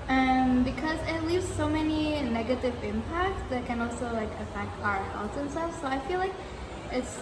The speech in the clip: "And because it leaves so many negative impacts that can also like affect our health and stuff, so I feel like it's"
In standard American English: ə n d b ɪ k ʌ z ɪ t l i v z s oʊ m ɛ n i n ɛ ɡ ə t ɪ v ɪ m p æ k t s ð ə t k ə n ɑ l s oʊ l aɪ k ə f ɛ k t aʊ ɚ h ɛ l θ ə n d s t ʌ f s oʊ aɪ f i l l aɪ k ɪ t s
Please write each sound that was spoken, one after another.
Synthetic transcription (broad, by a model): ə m b ɪ k ʌ z ɪ t l i v z s oʊ m ɛ n i n ɛ ɡ ə t ɪ v ɪ m p æ k t s ð ə t k ə n ɑ l s oʊ l aɪ k ə f ɛ k t aʊ ɚ h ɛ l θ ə n s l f s oʊ aɪ f i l l aɪ k ɪ t s